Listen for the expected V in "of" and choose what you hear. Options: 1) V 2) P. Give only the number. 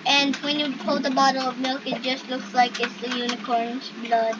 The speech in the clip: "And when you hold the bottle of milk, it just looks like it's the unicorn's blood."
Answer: 1